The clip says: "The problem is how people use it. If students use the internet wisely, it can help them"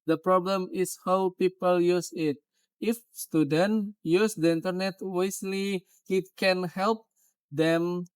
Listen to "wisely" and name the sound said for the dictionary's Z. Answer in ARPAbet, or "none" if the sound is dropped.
S